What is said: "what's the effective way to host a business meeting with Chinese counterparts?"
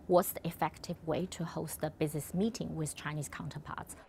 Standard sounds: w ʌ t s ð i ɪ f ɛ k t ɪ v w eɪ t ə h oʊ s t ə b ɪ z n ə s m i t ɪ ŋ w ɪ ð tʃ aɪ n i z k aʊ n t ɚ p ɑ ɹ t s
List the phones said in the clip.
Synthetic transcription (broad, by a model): w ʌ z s ð i ɪ f ɛ k t ɪ v w eɪ t ə h oʊ s t ə b ɪ z n ə s m i t ɪ ŋ w ɪ ð tʃ aɪ n i z k aʊ n t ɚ p ɑ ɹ t s